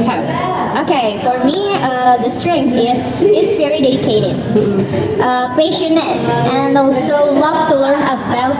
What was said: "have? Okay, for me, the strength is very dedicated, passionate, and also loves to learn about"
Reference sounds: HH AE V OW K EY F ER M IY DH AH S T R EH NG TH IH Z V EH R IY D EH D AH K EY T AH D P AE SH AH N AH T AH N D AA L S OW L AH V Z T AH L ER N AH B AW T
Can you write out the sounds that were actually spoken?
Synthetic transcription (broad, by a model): OW K EY F ER M IY DH AH S T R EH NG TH IH Z V EH R IY D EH D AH K EY T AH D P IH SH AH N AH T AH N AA N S OW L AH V T AH L ER N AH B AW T